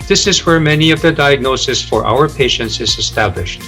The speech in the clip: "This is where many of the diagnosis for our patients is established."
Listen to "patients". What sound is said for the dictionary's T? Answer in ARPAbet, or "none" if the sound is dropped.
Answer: T